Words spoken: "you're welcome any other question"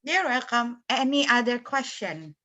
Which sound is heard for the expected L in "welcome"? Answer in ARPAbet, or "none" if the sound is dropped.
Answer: none